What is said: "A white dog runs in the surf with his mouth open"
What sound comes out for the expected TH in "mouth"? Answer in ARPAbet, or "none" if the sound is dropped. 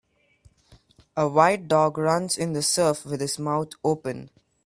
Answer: T